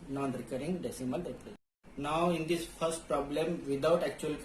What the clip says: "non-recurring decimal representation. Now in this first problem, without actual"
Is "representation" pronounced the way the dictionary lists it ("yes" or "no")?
no